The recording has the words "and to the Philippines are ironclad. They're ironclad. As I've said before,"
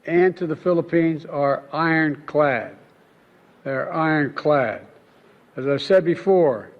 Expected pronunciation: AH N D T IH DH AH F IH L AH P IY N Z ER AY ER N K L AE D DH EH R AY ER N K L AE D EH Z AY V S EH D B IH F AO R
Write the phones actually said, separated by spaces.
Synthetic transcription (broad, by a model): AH N T IH DH AH F IH L AH P IY N Z ER AY ER N K L AE D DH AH R AY ER N K L AE D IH Z AY V S EH D B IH F AO R